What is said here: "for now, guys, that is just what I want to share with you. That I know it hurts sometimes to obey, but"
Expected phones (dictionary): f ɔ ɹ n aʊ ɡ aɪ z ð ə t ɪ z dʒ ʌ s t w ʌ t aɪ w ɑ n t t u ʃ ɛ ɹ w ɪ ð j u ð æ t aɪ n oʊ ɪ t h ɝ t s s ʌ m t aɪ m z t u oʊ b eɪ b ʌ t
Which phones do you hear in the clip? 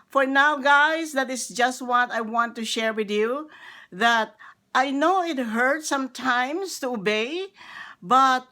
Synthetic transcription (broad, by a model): f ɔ ɹ n aʊ ɡ aɪ s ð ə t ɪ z dʒ ʌ s t w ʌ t aɪ w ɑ n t t u ʃ ɛ ɹ w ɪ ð j u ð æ t aɪ n oʊ ɪ t h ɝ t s s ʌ m t aɪ m s t u oʊ b eɪ b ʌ t